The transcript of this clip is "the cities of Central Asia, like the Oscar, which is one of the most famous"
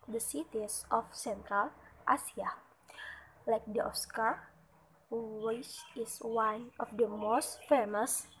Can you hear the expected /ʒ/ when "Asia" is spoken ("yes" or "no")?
no